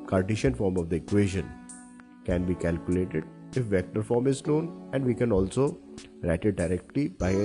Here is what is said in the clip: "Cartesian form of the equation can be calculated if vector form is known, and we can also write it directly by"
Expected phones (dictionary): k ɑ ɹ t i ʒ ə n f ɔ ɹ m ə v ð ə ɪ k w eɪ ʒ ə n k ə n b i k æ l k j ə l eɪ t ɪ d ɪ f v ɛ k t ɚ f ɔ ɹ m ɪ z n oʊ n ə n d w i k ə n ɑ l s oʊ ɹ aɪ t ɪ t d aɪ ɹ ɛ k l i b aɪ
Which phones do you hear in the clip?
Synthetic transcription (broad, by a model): k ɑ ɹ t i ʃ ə n f ɔ ɹ m ə v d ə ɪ k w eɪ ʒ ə n k ə n b i k æ l k j ə l eɪ t ɪ d ɪ f v ɛ k t ɚ f ɔ ɹ m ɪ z l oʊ n ə n d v i k ə n ɑ l s oʊ ɹ aɪ t ɪ t d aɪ ɹ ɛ k l i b aɪ